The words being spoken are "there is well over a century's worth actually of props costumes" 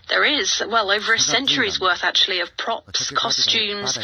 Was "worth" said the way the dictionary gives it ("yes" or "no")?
yes